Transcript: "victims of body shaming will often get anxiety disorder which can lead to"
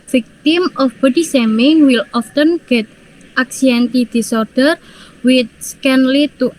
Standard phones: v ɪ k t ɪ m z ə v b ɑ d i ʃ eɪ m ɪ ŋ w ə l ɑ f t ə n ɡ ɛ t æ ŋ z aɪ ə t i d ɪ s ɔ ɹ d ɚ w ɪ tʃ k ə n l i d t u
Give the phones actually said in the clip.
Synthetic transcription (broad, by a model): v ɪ k t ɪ m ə f b ɑ d i s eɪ m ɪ ŋ w ə l ɑ f t ə n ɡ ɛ t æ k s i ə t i d ɪ s ɔ ɹ d ɚ w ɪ s k ə n l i t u